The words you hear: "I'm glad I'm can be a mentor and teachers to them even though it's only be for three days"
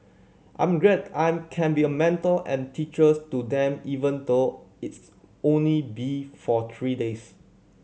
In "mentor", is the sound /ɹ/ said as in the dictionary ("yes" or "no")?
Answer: no